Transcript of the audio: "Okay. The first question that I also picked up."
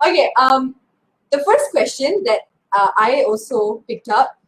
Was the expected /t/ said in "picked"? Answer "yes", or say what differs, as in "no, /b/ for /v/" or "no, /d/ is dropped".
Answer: yes